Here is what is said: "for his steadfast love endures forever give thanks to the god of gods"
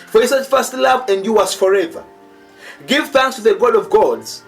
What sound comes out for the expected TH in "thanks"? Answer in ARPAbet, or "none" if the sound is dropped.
TH